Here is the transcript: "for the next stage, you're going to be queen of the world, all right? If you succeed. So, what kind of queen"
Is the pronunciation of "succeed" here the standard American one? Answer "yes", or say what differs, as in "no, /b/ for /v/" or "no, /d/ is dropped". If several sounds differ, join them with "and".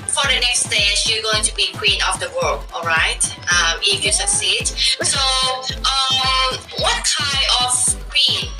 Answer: no, /k/ is dropped